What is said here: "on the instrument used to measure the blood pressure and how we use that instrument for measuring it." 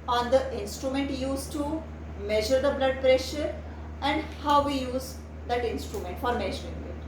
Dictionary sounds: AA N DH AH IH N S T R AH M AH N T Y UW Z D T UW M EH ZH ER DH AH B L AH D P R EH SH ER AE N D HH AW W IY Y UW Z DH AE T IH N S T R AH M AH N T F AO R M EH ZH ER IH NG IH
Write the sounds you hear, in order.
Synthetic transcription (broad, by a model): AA N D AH IH N S T R AH M AH N T Y UW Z T UW M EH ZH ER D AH B L AH D P R EH SH ER AE N D HH AW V IY Y UW Z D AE T IH N S T R AH M AH N T F AO R M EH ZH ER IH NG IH